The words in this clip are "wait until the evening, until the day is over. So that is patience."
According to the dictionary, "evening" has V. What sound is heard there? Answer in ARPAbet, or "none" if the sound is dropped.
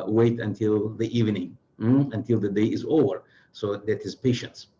V